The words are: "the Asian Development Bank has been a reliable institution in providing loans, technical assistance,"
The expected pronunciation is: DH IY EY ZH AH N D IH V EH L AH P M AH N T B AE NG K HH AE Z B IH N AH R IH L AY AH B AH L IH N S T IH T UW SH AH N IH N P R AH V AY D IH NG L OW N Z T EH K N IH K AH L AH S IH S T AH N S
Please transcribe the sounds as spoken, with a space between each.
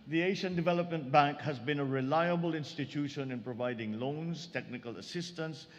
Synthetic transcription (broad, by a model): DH IY EY SH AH N D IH V EH L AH P M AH N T B AE NG K HH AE Z B IH N AH R IH L AY AH B AH L IH N S T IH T UW SH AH N IH N P R AH V AY D IH NG L OW N Z T EH K N IH K AH L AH S IH S T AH N S